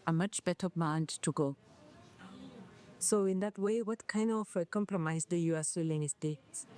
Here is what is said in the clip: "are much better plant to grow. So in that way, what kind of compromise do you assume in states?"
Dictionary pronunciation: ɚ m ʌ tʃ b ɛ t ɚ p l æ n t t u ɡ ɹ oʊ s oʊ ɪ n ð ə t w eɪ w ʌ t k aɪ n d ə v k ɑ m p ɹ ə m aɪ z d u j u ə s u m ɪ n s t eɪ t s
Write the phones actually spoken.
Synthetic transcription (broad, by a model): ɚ m ʌ tʃ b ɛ t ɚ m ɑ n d t u ɡ oʊ s oʊ ɪ n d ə t w eɪ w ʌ t k aɪ n d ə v k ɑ m p ɹ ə m aɪ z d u j u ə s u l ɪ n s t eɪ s